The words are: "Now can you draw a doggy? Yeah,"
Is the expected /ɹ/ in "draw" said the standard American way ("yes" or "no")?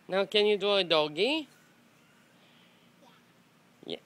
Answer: no